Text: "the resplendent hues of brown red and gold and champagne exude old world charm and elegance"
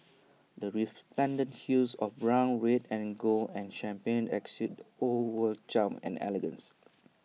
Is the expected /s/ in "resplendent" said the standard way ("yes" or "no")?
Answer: no